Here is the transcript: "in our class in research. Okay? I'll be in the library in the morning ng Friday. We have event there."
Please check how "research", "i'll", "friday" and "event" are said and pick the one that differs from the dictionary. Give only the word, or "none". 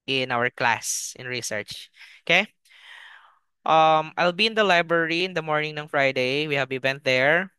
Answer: event